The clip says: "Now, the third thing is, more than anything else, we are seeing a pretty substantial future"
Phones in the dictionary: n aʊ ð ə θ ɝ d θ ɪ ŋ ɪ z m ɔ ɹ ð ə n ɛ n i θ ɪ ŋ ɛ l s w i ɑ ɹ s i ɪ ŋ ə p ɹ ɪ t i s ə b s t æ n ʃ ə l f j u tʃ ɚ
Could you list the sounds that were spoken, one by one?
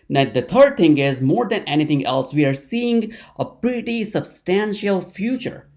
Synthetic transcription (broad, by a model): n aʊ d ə t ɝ d t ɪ ŋ ɪ z m ɔ ɹ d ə n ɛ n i t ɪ ŋ ɛ l s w i ɑ ɹ s i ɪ ŋ ə p ɹ ɪ t i s ə b s t æ n ʃ ə l f j u tʃ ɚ